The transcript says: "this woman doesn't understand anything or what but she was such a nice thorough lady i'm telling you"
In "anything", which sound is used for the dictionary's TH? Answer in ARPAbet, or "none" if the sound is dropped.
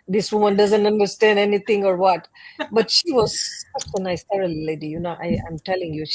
T